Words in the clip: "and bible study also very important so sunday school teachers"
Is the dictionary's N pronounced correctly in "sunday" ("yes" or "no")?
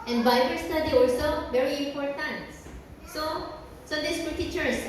no